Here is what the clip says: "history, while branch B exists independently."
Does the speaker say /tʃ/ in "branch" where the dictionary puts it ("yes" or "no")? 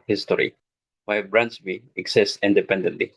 no